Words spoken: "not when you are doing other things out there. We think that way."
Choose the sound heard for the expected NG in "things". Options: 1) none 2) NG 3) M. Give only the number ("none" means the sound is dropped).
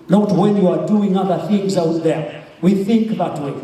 2